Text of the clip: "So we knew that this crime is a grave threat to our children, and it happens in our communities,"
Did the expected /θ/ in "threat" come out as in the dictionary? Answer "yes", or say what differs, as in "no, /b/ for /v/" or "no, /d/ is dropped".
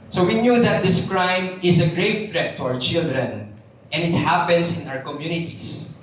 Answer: no, /t/ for /θ/